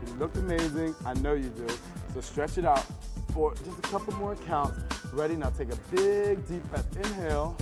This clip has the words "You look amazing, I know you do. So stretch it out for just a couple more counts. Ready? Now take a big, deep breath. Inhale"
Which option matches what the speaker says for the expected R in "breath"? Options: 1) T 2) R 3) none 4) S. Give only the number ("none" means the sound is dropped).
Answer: 3